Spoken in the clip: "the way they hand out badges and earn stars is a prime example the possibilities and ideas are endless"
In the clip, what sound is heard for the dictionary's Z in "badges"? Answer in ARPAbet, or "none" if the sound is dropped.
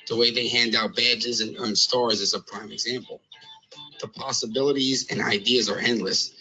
Z